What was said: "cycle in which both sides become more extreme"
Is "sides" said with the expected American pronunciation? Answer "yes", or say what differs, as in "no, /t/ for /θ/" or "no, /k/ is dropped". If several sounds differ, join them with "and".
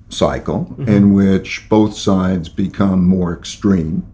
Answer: yes